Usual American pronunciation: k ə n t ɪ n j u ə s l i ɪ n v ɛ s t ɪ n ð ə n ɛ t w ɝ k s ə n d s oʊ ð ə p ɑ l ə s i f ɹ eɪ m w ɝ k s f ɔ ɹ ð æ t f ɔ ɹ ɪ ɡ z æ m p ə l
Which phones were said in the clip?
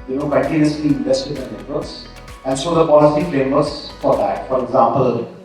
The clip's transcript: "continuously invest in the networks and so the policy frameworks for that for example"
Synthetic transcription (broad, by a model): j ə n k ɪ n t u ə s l i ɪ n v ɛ s t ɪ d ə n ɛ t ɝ s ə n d s oʊ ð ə p ɑ l ə s i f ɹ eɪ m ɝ s f ɔ ɹ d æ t f ɔ ɹ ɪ ɡ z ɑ m p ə l